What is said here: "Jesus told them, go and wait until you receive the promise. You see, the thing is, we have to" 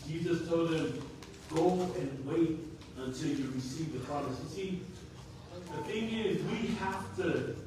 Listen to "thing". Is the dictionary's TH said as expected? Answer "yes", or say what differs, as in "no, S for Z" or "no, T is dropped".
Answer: yes